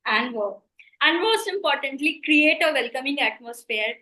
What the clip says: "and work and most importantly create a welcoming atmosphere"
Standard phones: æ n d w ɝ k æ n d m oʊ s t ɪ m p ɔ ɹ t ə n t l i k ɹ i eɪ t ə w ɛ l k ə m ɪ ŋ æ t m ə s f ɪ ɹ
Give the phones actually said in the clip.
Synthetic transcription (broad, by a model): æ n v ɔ æ n d m oʊ s t ɪ m p ɔ ɹ t ə n t l i k ɹ i eɪ t ə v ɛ l k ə m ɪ ŋ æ t m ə s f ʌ ɹ